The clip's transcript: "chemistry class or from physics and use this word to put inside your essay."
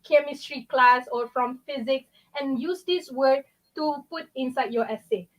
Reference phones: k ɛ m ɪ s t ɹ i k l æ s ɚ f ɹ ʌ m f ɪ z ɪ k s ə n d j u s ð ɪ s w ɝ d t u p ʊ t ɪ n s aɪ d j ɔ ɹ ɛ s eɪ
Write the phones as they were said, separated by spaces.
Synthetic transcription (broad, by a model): k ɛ m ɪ s t ɹ i k l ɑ s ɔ f ɹ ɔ m f ɪ z ɪ k s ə n j u s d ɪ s w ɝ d t u p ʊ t ɪ n s aɪ d j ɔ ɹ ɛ s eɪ